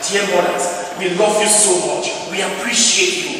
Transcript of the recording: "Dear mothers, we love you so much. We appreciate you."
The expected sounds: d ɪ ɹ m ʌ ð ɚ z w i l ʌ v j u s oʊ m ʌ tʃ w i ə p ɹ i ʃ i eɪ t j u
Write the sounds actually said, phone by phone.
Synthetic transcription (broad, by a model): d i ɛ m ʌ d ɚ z w i l ʌ v j u s oʊ m ʌ tʃ w i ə p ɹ i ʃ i eɪ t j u